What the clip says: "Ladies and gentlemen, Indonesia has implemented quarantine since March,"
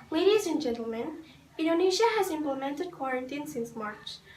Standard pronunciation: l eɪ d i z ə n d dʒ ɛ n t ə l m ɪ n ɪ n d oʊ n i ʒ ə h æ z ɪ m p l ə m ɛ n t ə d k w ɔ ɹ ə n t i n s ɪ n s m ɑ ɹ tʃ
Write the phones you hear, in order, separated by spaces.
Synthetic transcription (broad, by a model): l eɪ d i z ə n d dʒ ɛ n t ə l m ɪ n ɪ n d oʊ n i ʃ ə h æ z ɪ m p l ə m ɛ n t ə d k w ɔ ɹ ə n t i n s ɪ n s m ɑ ɹ tʃ